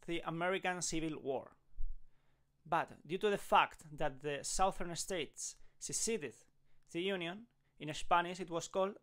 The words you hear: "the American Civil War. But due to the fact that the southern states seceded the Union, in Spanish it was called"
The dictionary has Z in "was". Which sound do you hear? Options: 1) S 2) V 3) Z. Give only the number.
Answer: 1